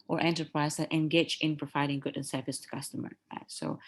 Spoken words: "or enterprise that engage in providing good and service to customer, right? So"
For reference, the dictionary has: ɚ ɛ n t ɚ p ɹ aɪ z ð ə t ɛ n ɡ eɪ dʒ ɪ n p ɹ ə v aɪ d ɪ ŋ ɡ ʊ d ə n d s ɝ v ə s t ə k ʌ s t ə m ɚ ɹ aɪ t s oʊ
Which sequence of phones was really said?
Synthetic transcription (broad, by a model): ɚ ɛ n t ɚ p ɹ aɪ z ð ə t ɛ n ɡ eɪ dʒ ɪ n p ɹ ə v aɪ d ɪ ŋ ɡ ʊ d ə n s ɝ f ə s t ə k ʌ s t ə m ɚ ɹ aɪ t s oʊ